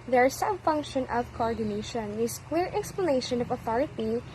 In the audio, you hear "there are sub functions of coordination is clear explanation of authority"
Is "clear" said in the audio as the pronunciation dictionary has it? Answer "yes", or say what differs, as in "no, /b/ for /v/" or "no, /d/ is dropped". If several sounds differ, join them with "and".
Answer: no, /w/ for /l/